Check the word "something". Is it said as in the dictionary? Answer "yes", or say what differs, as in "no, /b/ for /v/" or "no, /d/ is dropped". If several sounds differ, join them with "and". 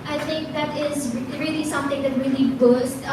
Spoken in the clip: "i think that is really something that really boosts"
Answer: no, /t/ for /θ/